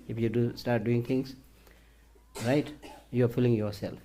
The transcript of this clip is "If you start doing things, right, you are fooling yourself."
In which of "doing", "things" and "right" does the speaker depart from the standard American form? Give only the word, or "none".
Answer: things